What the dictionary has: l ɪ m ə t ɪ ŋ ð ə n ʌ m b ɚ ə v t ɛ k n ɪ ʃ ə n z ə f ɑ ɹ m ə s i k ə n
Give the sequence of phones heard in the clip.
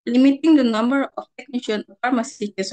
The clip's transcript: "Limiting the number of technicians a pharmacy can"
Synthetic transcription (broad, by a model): l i m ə t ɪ ŋ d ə n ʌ m b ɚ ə f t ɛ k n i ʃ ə n ə f ɑ ɹ m ə s i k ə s